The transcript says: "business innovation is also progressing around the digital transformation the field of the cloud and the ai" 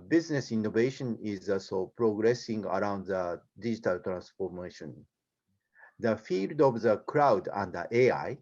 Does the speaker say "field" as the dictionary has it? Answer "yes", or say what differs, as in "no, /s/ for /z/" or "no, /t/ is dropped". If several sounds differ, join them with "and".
yes